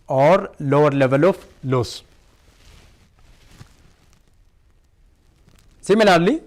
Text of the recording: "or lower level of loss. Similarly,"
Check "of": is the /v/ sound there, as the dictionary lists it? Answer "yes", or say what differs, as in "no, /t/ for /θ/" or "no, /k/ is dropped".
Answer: no, /f/ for /v/